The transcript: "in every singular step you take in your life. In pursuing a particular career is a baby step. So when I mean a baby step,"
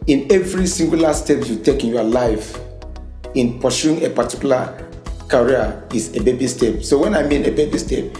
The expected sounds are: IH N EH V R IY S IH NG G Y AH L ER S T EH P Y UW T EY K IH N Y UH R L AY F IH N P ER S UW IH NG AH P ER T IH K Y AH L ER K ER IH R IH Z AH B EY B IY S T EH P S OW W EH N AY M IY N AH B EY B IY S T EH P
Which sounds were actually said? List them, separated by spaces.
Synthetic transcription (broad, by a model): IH N EH V R IY S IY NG G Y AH L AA S T EH P Y UW T EY K IH N Y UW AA L AY F IH N P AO SH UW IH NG AH P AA T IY K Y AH L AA K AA R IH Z AH B EY B IY S T EH P S OW W EH N AY M IY N AH B EY B IY S T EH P